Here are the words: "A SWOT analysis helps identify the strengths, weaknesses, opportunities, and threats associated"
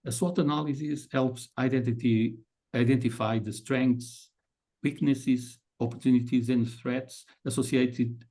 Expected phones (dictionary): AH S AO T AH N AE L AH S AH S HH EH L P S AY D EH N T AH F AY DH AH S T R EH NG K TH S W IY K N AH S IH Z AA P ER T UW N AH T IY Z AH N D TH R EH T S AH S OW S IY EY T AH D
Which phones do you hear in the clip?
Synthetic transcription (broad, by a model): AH S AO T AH N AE L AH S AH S HH EH L P S AY D EH N T AH F AY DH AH S T R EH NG K T S W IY K N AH S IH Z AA P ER T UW N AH T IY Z AH N D TH R EH T S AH S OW S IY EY T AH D